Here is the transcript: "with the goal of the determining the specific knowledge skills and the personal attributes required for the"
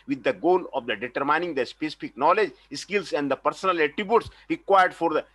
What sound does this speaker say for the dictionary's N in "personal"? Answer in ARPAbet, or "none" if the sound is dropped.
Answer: N